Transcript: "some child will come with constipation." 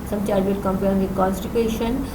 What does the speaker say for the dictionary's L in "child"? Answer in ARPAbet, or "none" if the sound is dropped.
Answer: none